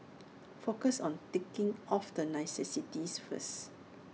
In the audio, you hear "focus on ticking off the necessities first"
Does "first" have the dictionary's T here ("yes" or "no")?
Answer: no